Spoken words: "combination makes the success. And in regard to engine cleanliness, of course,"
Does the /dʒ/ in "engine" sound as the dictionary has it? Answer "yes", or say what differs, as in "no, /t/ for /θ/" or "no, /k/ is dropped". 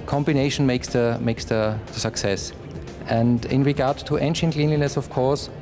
no, /ʃ/ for /dʒ/